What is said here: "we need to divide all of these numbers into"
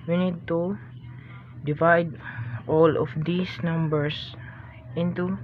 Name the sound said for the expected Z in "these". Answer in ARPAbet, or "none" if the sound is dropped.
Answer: S